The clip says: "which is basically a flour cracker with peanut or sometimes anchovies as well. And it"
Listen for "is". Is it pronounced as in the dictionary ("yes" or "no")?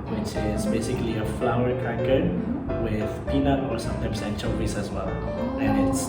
no